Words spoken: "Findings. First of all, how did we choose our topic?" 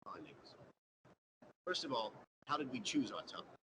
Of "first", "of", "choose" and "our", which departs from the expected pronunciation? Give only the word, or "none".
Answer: none